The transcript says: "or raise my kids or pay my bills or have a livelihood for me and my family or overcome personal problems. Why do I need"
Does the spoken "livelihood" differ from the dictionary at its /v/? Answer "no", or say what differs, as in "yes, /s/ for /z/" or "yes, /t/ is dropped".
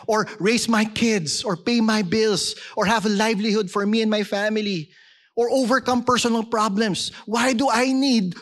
no